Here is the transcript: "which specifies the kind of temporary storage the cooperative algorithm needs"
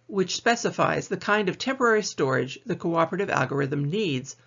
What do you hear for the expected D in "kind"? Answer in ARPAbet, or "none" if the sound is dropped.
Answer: D